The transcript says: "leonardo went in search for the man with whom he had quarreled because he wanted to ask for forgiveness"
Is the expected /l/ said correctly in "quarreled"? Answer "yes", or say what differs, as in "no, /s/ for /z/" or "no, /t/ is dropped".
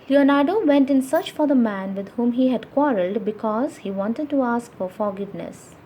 yes